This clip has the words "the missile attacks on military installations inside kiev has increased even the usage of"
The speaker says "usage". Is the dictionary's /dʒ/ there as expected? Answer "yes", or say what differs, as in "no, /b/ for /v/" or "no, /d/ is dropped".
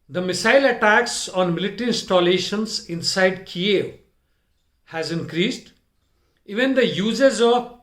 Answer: no, /z/ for /dʒ/